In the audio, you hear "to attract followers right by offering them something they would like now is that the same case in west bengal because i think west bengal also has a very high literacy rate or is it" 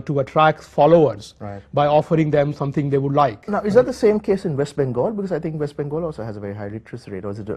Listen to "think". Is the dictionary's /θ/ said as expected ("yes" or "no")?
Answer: no